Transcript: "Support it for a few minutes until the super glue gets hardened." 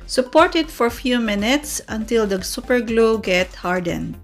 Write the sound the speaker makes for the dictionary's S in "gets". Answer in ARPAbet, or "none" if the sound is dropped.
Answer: none